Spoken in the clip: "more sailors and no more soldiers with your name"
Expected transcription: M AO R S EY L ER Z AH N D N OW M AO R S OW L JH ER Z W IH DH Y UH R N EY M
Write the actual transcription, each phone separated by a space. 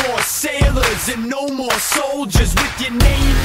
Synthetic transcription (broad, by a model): AO R S EY L ER Z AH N N OW M AO R S OW L JH ER Z W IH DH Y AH R N EY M